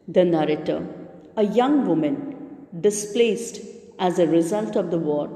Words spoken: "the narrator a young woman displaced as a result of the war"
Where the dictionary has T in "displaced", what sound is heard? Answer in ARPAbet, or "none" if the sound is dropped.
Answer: T